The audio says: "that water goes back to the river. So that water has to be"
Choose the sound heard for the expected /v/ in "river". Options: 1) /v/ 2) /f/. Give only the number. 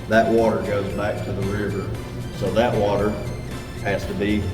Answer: 1